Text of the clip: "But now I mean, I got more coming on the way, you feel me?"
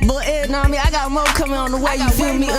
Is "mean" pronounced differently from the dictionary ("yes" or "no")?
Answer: yes